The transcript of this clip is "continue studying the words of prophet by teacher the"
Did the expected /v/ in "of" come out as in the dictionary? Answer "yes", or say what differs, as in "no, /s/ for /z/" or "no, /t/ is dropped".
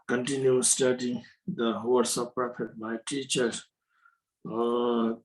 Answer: no, /p/ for /v/